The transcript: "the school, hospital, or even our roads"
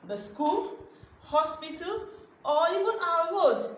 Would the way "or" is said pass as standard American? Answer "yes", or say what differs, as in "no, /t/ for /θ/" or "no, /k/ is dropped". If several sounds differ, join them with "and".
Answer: no, /l/ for /ɹ/